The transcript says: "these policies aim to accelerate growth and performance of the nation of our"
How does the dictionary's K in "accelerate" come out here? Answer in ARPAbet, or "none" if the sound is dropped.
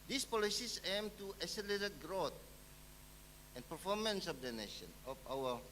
none